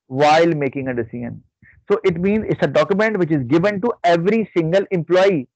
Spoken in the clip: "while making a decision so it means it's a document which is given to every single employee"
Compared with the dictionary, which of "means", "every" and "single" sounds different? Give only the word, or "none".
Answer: none